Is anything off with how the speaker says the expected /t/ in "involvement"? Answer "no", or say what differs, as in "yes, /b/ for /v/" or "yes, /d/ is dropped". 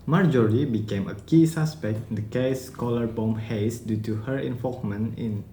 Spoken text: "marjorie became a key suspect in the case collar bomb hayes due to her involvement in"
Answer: yes, /t/ is dropped